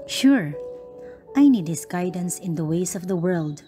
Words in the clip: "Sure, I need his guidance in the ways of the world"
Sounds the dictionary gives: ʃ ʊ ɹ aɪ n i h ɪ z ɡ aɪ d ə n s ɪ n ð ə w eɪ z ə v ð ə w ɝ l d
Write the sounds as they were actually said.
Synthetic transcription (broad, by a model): ʃ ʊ ɹ aɪ n i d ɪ s ɡ aɪ d ə n s ɪ n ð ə w eɪ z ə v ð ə w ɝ l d